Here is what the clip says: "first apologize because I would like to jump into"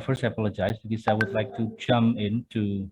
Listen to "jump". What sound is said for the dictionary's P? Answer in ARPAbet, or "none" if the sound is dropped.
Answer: none